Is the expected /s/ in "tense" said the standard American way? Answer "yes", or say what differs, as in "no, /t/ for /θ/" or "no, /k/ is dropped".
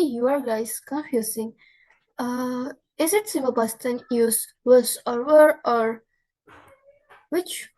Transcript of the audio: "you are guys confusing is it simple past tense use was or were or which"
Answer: no, /s/ is dropped